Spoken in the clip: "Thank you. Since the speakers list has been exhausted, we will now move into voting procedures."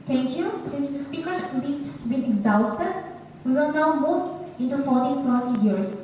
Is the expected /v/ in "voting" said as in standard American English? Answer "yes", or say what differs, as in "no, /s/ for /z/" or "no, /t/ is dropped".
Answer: no, /f/ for /v/